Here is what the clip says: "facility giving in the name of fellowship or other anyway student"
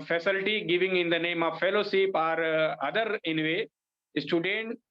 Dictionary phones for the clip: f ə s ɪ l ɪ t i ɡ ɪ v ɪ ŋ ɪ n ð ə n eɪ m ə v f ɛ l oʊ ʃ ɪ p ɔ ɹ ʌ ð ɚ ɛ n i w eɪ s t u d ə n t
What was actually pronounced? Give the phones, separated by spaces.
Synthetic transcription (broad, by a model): f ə s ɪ l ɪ t i ɡ ɪ v ɪ ŋ ɪ n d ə n eɪ m ə v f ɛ l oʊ s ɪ p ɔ ɹ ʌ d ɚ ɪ n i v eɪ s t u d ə n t